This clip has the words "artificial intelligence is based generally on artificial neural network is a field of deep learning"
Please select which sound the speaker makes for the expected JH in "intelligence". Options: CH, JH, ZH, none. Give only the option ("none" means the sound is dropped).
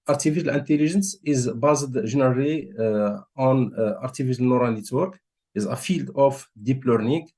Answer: ZH